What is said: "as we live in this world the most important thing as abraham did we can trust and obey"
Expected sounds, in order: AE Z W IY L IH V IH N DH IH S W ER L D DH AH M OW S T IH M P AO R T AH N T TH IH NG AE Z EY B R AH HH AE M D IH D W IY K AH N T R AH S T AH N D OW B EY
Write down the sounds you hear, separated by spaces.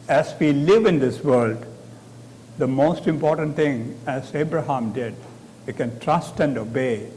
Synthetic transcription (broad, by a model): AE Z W IY L IH V IH N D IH S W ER L D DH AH M OW S T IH M P AO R T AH N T T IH NG AE Z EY B R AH HH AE M D IH D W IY K AH N T R AH S T AH N D OW B EY